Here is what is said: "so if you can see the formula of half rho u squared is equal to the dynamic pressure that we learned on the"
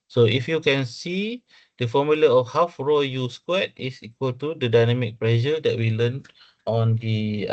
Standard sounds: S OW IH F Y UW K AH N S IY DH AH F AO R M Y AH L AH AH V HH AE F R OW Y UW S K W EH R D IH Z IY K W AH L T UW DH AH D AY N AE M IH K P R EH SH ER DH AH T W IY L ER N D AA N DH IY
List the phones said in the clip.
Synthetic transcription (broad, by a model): S OW IH F Y UW K AH N S IY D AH F AO M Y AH L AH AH F HH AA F R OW Y UW S K W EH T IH S IY K W AH L T UW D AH D AY N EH M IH K P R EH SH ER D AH T W IY L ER N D AA N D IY